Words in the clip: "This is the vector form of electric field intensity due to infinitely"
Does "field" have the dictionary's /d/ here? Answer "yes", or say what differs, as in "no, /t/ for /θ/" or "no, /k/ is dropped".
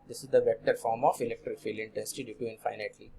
no, /d/ is dropped